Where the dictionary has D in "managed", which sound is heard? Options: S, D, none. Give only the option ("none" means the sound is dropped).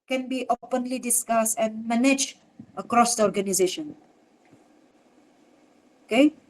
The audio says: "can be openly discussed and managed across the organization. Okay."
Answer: none